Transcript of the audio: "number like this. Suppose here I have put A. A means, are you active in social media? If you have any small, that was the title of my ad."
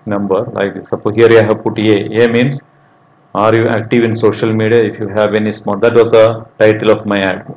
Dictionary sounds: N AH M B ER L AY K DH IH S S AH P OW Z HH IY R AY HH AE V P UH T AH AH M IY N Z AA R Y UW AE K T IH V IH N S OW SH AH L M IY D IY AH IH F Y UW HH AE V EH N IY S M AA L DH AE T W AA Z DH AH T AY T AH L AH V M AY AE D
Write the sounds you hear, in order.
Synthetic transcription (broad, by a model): N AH M B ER L AY K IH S S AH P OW HH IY R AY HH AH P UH T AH AH M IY N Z AA R Y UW AE K T IH V IH N S OW SH AH L M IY D IY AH IH F Y UW HH AE V EH N IY S M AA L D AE T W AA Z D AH T AY T AH L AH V M AY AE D